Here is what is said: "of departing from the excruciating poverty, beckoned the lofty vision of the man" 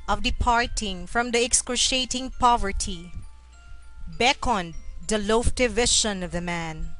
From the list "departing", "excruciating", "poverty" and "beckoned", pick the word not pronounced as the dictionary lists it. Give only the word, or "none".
excruciating